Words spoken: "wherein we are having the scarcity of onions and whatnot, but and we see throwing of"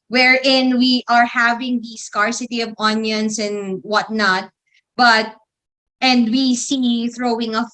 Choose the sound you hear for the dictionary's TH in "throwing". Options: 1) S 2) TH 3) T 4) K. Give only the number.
2